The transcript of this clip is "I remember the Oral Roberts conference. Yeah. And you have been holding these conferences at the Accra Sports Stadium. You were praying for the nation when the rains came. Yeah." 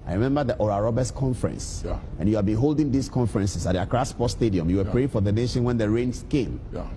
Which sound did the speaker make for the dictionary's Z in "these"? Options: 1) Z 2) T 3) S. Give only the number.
3